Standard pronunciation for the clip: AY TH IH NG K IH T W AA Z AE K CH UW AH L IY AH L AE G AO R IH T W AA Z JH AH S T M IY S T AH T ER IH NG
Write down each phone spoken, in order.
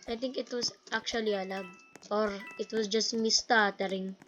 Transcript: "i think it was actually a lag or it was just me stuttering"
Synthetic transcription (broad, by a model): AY T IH NG K IH T W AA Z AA K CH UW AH L IY AH L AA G AO R IH T W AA S JH AH S T M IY S T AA T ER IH NG